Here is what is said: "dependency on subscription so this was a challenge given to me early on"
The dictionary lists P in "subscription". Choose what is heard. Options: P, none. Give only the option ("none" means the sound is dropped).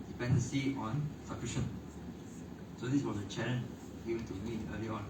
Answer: none